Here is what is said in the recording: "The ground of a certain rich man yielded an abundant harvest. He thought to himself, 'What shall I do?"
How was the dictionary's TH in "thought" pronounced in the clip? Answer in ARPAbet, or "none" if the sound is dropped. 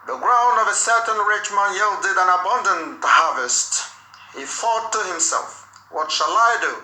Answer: F